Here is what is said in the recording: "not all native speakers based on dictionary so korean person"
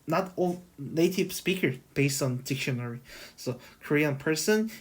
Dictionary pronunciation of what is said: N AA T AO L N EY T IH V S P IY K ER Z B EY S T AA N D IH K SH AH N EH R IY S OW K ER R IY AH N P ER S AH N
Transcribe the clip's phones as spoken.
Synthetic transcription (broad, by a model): N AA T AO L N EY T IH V S P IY K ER B EY S T AA N D IH K SH AH N EH R IY S OW K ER R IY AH N P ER S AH N